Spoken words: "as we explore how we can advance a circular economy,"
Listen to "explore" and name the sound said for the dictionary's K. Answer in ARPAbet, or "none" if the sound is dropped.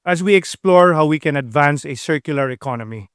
K